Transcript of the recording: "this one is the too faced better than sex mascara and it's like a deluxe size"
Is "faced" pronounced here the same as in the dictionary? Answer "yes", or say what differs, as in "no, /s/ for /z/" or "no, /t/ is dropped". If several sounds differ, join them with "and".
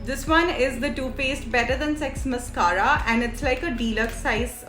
no, /p/ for /f/